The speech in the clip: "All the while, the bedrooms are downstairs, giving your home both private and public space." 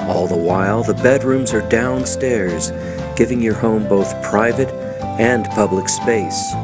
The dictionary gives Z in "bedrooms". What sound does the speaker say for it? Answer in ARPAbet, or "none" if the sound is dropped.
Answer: Z